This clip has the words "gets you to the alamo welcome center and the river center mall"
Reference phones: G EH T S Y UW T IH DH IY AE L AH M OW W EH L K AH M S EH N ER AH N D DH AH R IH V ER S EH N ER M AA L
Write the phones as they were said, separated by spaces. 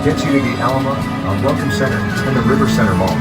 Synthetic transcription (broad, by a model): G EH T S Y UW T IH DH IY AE L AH OW W EH L K AH M S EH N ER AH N DH AH R IH V ER S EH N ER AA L